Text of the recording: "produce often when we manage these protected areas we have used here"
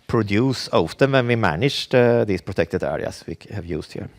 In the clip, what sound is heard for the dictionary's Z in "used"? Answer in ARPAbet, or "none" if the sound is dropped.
S